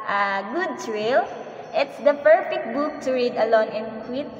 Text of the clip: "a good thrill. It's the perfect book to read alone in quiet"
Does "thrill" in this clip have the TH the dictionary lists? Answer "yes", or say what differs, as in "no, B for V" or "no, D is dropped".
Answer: no, T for TH